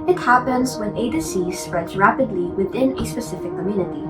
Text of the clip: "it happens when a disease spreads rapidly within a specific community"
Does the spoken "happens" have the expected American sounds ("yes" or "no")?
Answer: yes